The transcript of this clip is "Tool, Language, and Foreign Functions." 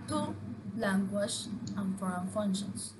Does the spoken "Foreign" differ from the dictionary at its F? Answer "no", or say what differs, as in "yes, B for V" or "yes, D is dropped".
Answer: no